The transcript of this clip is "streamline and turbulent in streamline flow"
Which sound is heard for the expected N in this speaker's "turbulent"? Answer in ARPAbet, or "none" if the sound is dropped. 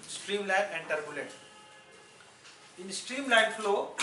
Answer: none